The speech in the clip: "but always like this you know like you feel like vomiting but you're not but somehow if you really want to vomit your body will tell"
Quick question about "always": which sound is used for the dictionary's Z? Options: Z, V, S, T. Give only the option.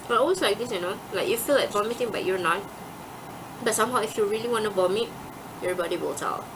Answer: S